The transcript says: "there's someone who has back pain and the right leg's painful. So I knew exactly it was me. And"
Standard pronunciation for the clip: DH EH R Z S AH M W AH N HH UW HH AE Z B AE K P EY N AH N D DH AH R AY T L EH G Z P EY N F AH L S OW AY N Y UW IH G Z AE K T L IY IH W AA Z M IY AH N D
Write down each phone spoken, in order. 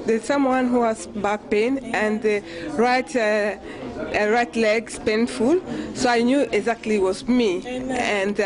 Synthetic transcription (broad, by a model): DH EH S AH M W AH N HH UW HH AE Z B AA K P EY N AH N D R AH R AY T L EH G S P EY N F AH L S OW AY N Y UW IH G Z AE K T L IY W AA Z M IY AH N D